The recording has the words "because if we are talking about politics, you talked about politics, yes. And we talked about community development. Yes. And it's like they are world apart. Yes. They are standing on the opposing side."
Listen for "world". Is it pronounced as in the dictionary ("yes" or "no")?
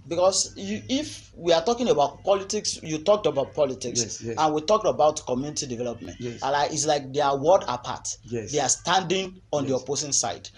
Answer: no